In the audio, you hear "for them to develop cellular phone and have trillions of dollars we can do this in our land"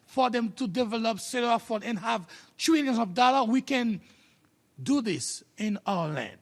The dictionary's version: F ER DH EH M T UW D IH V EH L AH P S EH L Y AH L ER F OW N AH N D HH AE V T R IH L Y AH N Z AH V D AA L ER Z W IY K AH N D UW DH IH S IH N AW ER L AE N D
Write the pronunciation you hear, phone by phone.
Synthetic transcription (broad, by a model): F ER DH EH M T UW D IH V EH L AH P S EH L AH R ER F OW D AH N HH AE V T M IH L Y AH N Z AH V D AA L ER W IY K AH N D UW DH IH S IH N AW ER L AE N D